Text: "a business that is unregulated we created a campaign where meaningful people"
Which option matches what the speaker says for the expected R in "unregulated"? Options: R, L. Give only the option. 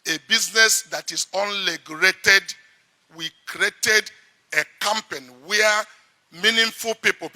L